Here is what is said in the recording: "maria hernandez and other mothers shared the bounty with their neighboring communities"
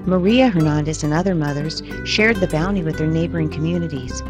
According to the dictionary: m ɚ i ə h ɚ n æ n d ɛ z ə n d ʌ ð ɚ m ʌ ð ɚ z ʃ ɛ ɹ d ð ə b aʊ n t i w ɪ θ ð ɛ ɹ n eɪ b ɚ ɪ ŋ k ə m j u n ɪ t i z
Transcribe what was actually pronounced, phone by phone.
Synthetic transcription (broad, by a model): m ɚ i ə h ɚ n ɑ n d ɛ s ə n ʌ ð ɚ m ʌ ð ɚ z ʃ ɛ ɹ d ð ə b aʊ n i w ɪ ð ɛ ɹ n eɪ b ɚ ɪ ŋ k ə m j u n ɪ t i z